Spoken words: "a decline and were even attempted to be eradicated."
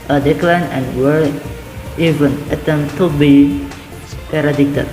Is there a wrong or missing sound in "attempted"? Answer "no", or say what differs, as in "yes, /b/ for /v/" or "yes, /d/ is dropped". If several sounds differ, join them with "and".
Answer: yes, /p/ is dropped